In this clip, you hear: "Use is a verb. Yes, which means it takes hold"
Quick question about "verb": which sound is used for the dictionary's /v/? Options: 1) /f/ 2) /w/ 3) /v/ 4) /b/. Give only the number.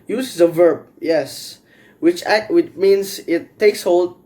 3